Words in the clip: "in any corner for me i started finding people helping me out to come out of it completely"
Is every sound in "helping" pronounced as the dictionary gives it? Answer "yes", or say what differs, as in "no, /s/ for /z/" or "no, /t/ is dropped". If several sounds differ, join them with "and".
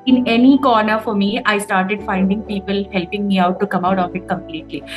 yes